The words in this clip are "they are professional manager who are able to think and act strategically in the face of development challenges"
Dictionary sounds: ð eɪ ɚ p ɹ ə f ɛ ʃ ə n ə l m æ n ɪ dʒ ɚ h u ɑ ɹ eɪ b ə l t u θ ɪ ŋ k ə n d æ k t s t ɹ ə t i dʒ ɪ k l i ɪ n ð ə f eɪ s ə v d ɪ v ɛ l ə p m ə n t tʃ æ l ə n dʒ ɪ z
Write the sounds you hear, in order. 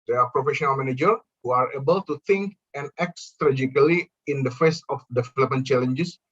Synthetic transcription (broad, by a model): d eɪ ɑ p ɹ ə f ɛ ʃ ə n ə l m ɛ n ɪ dʒ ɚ h u ɑ ɹ eɪ b ə l t u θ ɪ ŋ k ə n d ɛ k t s t ɹ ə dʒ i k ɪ l i ɪ n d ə f eɪ s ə f d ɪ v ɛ l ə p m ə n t tʃ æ l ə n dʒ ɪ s